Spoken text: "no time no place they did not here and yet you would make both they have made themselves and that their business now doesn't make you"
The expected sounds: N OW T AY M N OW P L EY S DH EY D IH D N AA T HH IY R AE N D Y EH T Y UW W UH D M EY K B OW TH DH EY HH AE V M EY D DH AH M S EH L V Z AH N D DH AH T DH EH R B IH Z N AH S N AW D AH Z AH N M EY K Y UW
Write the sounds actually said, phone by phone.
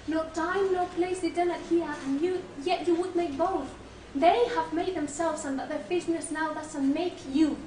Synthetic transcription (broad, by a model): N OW T AY M N OW P L EY S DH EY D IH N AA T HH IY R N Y Y EH T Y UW W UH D M EY K B OW TH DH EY HH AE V M EY D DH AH M S EH L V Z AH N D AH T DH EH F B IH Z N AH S N AW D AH S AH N M EY K Y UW